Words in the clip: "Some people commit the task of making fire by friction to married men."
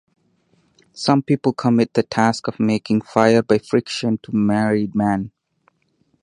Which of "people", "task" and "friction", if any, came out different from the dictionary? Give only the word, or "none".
none